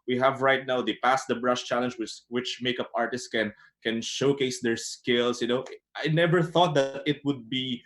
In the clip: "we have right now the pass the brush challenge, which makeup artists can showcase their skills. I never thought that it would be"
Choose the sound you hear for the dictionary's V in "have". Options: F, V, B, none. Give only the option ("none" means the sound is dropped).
V